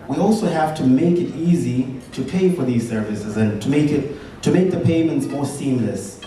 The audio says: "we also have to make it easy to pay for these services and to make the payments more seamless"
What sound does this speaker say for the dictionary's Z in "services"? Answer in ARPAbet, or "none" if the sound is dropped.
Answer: Z